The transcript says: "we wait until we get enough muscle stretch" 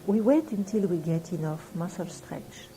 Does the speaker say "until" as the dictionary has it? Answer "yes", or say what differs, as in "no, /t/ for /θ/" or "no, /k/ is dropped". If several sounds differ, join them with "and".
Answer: yes